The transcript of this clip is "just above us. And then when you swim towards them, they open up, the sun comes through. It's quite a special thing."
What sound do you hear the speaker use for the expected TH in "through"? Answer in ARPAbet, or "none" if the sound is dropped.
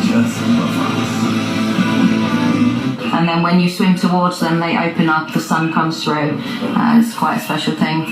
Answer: TH